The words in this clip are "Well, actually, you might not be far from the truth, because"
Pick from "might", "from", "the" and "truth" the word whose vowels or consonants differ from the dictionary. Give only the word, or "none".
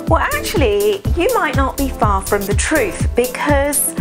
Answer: none